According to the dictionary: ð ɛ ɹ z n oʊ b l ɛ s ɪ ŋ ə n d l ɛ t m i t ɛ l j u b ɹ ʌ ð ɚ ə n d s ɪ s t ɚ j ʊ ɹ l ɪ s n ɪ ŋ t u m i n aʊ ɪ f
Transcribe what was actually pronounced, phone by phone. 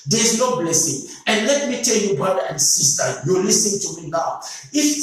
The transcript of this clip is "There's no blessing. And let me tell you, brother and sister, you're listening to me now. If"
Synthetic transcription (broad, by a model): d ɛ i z n oʊ b l ɛ s ɪ ŋ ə n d l ɛ t m i t ɛ l j u b ɹ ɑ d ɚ ə n d s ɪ s t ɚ j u l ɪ s ɪ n t u m i n aʊ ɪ f